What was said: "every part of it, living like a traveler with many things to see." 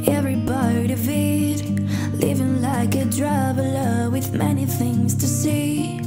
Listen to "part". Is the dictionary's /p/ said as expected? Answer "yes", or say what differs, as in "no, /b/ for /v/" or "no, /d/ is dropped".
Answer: no, /b/ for /p/